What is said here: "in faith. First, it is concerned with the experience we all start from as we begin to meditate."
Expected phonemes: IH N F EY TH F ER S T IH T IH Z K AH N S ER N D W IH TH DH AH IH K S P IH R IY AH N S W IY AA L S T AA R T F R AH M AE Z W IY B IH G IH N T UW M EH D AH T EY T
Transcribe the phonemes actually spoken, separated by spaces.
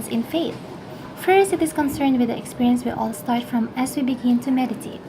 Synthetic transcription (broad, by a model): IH N F EY TH F ER S T IH T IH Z K AH N S ER N D W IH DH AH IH K S P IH R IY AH N S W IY AA L S T AA R T F R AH M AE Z W IY B IH G IH N T UW M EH D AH T EY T